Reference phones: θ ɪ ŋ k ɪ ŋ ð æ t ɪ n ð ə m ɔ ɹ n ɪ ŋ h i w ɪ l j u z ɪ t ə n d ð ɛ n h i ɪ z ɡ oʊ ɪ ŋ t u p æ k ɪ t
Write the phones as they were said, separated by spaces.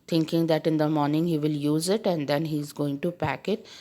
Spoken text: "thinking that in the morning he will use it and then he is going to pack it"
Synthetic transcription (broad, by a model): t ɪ ŋ k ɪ ŋ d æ t ɪ n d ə m ɔ ɹ n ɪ ŋ h i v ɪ l j u z ɪ t ə n d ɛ n h i ɪ z ɡ oʊ ɪ ŋ t u p æ k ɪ t